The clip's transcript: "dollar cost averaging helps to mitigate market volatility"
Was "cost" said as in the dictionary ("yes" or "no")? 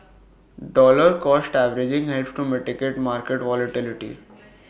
yes